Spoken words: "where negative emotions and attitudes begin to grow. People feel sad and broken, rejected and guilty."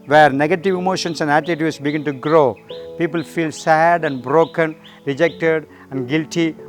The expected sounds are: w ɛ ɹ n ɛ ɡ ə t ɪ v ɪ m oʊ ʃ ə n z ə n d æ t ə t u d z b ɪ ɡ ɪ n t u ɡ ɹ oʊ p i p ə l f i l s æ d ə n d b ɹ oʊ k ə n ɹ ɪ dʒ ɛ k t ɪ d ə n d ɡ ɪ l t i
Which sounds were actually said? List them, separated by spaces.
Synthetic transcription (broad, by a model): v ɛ ɹ n ɛ ɡ ə t ɪ v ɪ m oʊ ʃ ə n s ə n d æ t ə t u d s b ɪ ɡ ɪ n t u ɡ ɹ oʊ p i p ə l f i l s æ d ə n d b ɹ oʊ k ə n ɹ ɪ dʒ ɛ k t ɪ d ə n d ɡ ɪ l t i